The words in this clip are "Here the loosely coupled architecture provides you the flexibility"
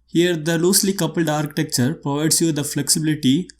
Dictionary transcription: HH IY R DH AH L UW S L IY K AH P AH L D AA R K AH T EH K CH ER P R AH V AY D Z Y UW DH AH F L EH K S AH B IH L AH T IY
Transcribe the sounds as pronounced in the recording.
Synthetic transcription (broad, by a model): HH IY R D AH L UW S L IY K AH P AH L D AA R K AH T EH K CH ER P R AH V AY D S Y UW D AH F L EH K S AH B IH L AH T IY